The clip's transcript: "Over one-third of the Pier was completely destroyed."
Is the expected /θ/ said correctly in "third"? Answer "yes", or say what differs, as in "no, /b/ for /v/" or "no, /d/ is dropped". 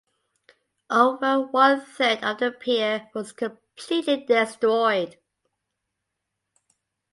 no, /s/ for /θ/